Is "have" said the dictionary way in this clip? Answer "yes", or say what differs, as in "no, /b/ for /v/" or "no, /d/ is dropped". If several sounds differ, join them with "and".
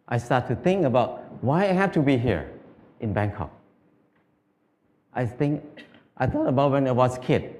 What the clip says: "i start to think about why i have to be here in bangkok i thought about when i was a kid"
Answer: no, /f/ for /v/